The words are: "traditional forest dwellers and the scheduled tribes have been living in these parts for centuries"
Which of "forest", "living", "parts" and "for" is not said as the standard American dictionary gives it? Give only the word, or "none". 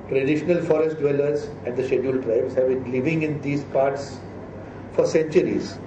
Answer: none